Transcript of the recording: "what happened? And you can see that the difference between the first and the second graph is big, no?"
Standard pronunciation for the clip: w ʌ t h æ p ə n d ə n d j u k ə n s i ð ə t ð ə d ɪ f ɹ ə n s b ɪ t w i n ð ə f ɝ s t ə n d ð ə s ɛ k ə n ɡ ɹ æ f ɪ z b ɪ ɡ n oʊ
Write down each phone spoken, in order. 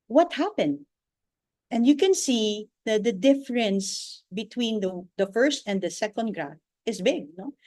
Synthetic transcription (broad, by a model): w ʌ t h æ p ə n d ə n d j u k ə n s i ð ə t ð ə d ɪ f ɹ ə n s b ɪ t w i n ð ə f ɝ s t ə n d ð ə s ɛ k ə n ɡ ɹ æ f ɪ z b ɪ ɡ n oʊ